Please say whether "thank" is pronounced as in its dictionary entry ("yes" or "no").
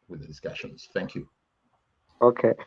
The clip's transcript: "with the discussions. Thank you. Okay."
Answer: yes